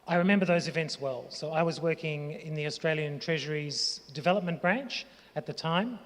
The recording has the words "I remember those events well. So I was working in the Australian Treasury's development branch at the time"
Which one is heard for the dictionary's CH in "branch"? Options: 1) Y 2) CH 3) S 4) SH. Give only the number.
2